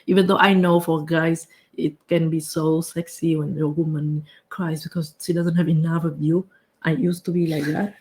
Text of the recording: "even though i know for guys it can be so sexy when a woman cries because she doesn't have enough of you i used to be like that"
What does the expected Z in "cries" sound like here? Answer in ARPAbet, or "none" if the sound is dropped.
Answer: S